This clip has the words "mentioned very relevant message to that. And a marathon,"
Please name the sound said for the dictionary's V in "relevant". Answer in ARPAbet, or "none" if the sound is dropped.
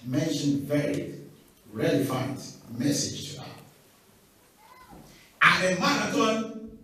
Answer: F